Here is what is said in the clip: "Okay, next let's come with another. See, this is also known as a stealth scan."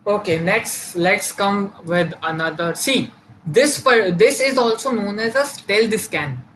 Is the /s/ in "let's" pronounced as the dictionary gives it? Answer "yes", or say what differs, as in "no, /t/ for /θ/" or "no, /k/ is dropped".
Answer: yes